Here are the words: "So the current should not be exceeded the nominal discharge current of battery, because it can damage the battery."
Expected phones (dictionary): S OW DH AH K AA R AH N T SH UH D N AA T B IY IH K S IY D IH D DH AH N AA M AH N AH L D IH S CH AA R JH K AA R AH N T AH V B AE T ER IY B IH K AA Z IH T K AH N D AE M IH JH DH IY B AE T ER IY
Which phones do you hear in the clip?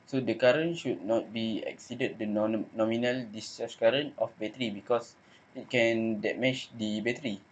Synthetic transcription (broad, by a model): S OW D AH K AA R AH N SH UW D N AA T B IY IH K S IY D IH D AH N AA M AH N AH L D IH S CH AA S K AA R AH N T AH F B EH T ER IY B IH K AA S IH T K AH N D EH M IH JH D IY B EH T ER IY